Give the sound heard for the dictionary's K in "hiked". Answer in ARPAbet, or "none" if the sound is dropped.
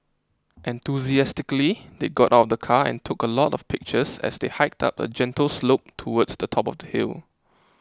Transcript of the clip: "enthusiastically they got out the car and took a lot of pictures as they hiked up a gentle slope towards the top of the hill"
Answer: K